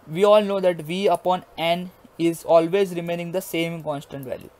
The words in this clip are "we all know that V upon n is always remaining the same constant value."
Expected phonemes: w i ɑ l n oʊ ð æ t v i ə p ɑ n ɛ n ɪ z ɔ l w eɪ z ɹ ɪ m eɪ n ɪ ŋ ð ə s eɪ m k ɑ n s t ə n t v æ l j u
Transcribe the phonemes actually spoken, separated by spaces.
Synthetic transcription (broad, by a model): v i ɑ l n oʊ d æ t v i ə p ɑ n ɛ n ɪ z ɔ l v eɪ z ɹ ɪ m eɪ n ɪ ŋ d ə s eɪ m k ɑ n s t ə n t v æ l j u